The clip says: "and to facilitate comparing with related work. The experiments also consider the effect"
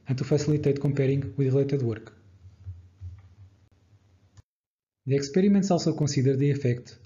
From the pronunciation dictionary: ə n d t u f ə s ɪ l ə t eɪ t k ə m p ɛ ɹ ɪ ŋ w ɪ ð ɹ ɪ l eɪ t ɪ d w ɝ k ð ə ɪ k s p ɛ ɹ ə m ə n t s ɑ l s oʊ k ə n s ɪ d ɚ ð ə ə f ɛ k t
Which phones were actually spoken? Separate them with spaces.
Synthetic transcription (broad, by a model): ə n t u f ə s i l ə t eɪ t k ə m p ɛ ɹ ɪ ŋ w ɪ ð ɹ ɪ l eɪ t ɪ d w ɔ k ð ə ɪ k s p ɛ ɹ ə m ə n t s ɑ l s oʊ k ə s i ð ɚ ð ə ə f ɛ k t